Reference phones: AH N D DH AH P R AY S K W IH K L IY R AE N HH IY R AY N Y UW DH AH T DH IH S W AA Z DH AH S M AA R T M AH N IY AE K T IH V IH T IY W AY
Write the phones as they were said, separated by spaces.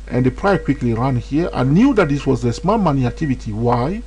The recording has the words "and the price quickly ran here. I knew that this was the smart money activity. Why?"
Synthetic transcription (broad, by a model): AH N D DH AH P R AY K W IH K L IY R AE N HH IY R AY N Y UW DH AH T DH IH S W AA Z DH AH S M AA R M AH N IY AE K T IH V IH T IY W AY